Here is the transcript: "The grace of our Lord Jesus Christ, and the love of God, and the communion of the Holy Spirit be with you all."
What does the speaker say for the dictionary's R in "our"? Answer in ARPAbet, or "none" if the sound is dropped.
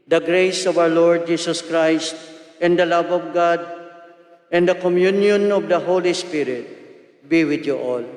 W